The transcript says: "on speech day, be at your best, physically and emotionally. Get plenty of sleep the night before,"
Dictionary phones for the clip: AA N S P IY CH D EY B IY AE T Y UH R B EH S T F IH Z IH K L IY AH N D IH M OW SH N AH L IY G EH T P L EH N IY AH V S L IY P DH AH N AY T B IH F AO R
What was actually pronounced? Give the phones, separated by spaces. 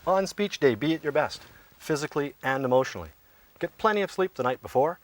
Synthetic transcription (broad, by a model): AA N S P IY CH D EY B IY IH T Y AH R B EH S T F IH Z IH K L IY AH N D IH M OW SH N L IY G EH T P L EH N IY AH V S L IY P DH AH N AY T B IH F AO R